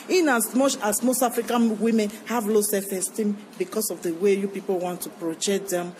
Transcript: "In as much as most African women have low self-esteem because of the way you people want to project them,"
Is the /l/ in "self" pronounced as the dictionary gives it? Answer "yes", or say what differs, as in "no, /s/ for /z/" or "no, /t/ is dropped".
no, /l/ is dropped